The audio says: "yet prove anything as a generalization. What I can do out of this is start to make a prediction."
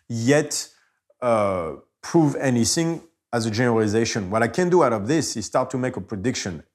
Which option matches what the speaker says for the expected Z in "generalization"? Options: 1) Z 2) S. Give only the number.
1